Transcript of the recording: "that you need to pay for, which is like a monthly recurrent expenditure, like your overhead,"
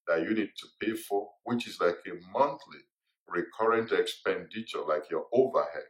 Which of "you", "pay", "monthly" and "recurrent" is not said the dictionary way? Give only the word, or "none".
none